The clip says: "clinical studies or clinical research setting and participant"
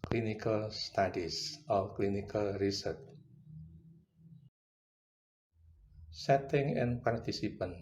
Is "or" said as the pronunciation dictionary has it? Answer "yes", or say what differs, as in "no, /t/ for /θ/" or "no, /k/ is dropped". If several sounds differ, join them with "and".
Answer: no, /l/ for /ɹ/